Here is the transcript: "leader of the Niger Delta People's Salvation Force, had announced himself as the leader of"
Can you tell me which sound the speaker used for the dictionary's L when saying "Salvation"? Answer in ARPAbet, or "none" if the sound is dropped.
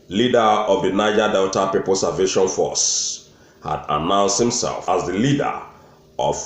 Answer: none